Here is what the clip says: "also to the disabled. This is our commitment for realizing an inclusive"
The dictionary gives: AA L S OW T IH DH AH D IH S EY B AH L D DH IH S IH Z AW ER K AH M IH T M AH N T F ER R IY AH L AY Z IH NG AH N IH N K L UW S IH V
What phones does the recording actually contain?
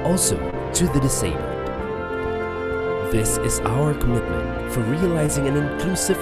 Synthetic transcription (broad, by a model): AA L S OW T IH DH AH D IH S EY AH N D DH IH S IH Z AW ER K AH M IH T M AH N T F ER R IY AH L AY Z IH NG AH N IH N K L UW S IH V